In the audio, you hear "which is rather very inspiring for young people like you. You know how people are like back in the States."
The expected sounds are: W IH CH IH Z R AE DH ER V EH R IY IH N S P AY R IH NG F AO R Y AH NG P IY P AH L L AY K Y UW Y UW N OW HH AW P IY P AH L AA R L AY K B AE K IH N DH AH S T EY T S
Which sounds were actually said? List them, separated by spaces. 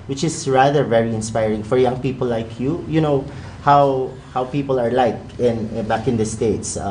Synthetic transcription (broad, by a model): W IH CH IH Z R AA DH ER V EH R IY IH N S P AY R IH NG F AO R Y AH NG P IY P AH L L AY K Y UW Y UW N OW HH AW P IY P AH L AA R L AY K B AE K IH N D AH S T EY T S